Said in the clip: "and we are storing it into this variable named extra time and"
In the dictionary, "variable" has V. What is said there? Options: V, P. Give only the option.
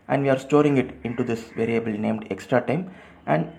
V